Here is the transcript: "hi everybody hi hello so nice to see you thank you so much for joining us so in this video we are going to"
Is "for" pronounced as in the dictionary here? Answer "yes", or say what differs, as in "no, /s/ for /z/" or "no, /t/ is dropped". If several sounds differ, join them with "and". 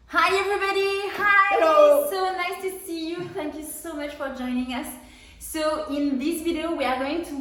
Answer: yes